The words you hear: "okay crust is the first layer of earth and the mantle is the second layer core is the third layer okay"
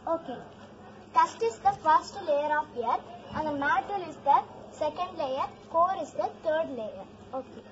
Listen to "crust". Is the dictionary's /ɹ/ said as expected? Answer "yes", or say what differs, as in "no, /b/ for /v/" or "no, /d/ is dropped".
no, /ɹ/ is dropped